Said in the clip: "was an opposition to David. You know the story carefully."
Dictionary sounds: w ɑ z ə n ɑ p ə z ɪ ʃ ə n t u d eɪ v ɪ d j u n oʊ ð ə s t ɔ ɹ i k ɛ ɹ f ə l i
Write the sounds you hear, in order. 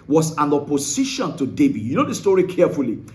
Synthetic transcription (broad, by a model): w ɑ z ə n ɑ p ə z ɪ ʃ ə n t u d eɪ b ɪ j u n oʊ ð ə s t ɔ ɹ i k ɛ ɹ f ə l i